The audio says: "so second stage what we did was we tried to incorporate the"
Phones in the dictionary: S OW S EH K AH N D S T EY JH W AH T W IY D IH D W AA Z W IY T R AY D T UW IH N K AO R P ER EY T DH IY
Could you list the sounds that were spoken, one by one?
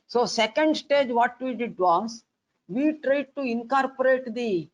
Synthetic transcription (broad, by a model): S OW S EH K AH N D S T EY JH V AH T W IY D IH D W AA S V IY T R AY D T UW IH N K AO R P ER EY T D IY